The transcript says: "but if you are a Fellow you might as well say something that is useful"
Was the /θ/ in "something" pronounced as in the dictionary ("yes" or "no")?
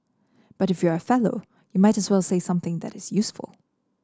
yes